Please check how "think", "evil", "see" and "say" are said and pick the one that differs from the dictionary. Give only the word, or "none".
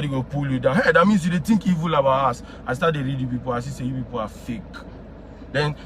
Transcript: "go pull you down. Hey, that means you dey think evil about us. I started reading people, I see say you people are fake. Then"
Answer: think